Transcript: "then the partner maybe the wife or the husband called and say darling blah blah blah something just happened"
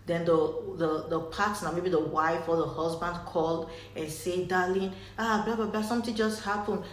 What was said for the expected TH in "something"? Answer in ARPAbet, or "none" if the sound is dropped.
T